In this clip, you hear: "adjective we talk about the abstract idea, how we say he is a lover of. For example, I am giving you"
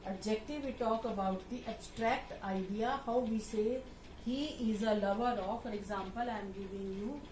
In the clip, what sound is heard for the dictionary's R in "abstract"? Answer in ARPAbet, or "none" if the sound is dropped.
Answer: R